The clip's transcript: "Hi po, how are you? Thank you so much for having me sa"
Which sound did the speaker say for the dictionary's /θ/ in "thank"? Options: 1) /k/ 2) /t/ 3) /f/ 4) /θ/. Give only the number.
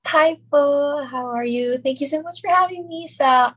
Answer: 4